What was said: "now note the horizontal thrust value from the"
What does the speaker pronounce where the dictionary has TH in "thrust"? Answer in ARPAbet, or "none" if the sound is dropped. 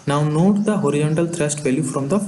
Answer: T